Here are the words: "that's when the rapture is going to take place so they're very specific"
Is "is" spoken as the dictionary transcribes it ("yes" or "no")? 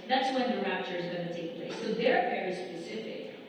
yes